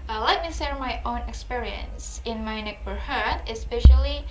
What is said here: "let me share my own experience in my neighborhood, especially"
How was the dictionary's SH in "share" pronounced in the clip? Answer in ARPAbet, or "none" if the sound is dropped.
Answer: S